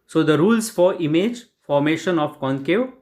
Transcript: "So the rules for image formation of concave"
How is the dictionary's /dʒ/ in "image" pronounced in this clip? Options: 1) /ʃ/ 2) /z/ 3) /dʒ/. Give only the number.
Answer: 3